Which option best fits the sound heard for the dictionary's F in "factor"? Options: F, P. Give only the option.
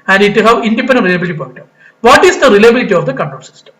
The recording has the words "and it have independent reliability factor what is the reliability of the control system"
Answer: P